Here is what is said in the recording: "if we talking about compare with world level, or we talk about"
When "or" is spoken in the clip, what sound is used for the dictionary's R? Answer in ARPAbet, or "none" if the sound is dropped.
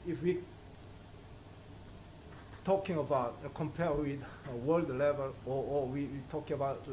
W